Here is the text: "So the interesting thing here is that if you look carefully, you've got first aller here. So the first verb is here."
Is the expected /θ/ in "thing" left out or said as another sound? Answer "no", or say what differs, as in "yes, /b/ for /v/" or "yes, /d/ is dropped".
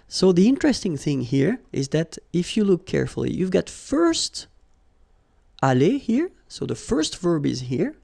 no